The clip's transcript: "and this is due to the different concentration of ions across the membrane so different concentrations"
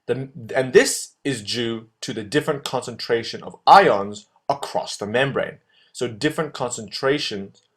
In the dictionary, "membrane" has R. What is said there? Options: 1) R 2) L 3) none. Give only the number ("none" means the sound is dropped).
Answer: 1